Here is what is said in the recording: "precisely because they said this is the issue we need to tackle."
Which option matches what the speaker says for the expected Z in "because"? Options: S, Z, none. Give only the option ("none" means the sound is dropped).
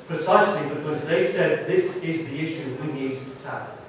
Z